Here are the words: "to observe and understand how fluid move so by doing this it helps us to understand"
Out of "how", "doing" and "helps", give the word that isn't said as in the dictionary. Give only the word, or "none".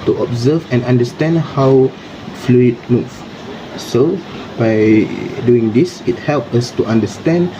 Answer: helps